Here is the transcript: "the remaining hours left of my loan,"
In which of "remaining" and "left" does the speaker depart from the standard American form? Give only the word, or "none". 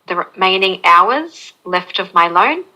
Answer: none